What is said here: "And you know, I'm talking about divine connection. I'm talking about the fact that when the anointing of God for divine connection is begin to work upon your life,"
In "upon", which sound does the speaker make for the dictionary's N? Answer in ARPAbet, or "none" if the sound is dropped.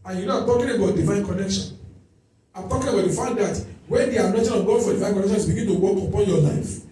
L